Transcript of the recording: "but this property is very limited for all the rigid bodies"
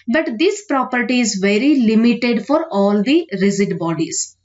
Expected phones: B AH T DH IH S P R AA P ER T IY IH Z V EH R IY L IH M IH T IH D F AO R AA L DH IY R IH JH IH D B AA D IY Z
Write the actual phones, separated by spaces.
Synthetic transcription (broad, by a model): B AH T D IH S P R AA P ER T IY IH Z V EH R IY L IH M IH T IH D F AO R AA L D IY R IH Z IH D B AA D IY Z